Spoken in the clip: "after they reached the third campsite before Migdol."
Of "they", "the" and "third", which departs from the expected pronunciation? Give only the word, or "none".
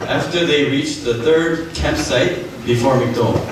none